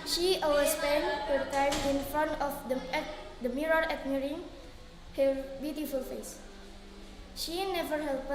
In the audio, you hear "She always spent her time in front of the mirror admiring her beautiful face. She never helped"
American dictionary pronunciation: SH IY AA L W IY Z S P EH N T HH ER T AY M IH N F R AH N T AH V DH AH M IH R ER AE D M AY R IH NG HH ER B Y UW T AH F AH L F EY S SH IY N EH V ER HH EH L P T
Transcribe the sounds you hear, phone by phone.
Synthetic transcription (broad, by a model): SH IY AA W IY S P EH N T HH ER T AY M IH N F R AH N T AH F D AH M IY R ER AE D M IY R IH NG HH ER B Y UW T AH F AH L F EY S SH IY N EH V ER HH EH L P